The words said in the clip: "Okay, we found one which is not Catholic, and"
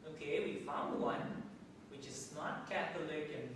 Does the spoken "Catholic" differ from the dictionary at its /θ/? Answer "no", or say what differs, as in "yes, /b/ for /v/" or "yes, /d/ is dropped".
yes, /t/ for /θ/